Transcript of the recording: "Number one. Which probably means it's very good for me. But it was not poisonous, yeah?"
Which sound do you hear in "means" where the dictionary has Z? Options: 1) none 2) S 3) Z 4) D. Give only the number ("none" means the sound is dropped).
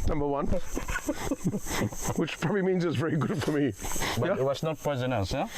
3